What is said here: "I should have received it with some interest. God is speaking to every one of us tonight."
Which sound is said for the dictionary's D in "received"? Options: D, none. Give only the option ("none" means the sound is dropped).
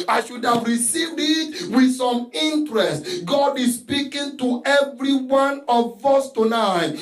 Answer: D